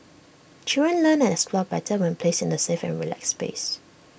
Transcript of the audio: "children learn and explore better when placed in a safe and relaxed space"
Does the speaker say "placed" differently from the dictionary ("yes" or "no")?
yes